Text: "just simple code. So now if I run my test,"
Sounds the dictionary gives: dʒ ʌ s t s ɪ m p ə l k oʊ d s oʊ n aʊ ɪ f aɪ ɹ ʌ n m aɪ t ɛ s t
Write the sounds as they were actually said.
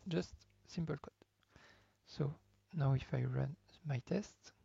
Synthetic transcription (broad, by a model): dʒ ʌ s t s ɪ m p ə l k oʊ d s oʊ n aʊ ɪ f aɪ ɹ ʌ n m aɪ t ɛ s t